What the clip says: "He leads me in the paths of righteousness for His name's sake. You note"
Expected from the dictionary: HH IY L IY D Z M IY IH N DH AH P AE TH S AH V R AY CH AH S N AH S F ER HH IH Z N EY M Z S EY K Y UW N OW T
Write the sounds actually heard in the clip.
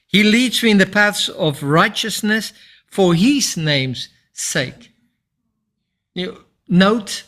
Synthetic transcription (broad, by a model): HH IY L IY D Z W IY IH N DH AH P AE TH S AH V R AY CH AH S N AH S F ER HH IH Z N EY M Z S EY K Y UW N OW T